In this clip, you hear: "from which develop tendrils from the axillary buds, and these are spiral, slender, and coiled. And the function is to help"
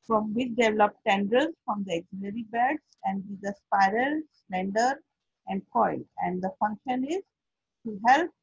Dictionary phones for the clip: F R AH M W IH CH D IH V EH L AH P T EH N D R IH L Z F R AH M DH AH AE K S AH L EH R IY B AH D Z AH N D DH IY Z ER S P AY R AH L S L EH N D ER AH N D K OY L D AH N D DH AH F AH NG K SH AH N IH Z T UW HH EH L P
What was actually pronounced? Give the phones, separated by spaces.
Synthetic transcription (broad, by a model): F R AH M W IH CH D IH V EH L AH P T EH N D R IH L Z F R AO M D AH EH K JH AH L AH R IY B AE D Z AH N D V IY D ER S P AY R AH L S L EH N D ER AH N D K OY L AH N D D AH F AH NG K SH AH N IH Z T UW HH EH L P